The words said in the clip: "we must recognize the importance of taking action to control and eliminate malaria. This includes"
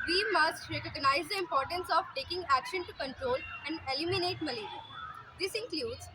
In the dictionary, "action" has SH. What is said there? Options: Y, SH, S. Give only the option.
SH